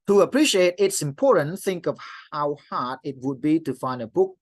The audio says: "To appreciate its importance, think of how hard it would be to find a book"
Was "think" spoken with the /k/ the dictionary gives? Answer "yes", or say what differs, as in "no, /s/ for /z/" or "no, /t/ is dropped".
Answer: yes